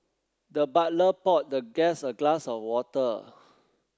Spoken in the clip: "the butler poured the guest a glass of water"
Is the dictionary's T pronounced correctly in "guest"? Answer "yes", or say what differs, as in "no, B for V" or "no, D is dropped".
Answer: no, T is dropped